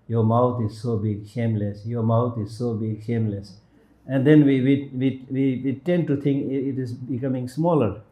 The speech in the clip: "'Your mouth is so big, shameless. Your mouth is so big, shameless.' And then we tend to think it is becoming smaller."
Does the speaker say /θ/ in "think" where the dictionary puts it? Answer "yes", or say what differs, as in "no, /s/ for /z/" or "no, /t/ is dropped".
no, /t/ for /θ/